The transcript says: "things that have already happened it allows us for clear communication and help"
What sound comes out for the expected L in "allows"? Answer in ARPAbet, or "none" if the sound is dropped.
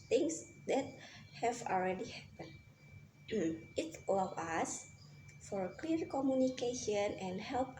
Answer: none